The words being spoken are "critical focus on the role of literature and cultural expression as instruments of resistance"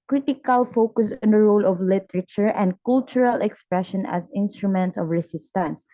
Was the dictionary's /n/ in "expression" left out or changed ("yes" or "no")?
no